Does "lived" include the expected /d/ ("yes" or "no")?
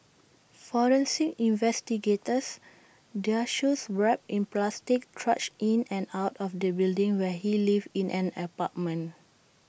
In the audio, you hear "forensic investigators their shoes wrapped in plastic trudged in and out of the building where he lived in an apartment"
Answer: no